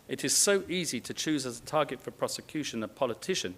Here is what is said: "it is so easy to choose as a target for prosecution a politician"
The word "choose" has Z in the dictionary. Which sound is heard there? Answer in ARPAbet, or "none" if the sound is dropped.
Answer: Z